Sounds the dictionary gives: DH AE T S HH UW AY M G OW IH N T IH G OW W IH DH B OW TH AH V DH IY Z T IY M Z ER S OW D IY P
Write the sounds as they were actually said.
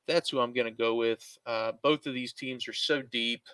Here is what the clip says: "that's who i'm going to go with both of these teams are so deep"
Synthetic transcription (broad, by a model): DH AE T S HH UW AY M G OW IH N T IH G OW W IH DH B OW TH AH V DH IY Z T IY M Z ER S OW D IY P